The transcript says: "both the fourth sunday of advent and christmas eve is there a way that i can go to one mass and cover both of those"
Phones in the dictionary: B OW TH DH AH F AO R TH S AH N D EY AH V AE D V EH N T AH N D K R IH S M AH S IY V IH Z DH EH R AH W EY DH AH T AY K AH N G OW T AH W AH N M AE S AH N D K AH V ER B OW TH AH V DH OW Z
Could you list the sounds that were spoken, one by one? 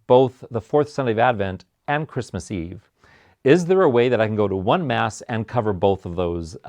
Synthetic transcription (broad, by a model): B OW TH DH AH F AO R TH S AH N D EY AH V AE D V EH N T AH N K R IH S M AH S IY V IH Z DH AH R AH W EY DH AH T AY K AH N G OW T AH W AH N M AE S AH N K AH V ER B OW TH AH V DH OW Z